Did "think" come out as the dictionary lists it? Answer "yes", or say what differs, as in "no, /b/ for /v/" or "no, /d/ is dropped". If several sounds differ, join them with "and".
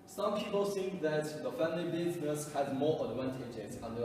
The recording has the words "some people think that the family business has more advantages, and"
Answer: no, /s/ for /θ/